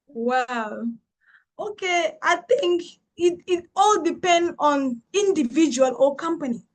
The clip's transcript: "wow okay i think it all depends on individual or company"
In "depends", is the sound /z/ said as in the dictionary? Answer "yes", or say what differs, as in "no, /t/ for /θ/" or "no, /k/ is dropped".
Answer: no, /z/ is dropped